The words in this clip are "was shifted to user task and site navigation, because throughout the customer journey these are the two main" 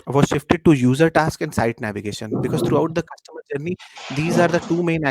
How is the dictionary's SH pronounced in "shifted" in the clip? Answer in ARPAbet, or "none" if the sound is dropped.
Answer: SH